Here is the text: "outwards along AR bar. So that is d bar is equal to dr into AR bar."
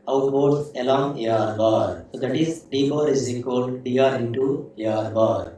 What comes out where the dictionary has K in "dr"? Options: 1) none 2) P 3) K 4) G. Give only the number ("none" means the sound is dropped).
1